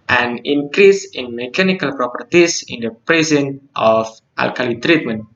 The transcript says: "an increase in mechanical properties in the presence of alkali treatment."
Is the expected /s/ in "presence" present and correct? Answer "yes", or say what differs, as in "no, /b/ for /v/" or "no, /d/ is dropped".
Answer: no, /s/ is dropped